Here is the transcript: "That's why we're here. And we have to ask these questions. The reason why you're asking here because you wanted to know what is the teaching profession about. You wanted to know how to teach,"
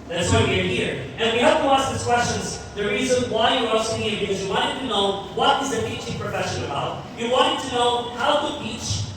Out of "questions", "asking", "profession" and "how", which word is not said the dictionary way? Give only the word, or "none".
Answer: asking